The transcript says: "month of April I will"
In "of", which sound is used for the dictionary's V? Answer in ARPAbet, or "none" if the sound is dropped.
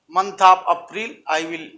P